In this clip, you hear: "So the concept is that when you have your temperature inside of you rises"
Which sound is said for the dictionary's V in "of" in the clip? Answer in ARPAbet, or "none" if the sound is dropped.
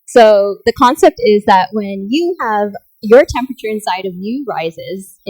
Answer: V